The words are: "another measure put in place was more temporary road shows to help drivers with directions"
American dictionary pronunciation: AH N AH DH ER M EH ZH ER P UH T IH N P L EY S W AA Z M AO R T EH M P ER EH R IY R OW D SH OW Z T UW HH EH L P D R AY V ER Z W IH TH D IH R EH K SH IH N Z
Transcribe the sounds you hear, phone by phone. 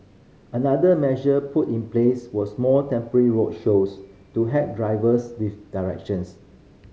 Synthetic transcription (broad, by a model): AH N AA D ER M EH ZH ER P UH T IH N P L EY S W AA S M AO L T EH M P ER EH R IY R OW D SH OW S T UW HH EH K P D R AY V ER S W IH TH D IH R EH K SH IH N S